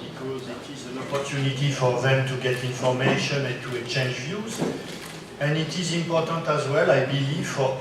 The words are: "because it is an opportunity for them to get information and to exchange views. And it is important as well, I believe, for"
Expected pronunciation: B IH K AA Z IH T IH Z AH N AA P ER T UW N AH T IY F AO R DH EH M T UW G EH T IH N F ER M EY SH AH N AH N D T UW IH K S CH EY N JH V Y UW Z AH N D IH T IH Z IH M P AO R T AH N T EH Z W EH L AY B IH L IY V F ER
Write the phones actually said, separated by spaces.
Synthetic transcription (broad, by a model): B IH K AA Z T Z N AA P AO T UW N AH T IY F AO R DH EH M T UW G EH T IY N F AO M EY SH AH N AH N T UW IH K CH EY N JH V Y UW Z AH N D IH T IH Z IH M P AO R T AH N T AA Z W EH L AY B IH L IY V F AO